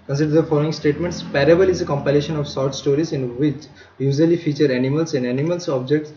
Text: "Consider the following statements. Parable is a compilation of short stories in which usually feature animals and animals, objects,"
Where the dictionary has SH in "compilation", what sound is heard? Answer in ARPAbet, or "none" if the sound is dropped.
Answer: SH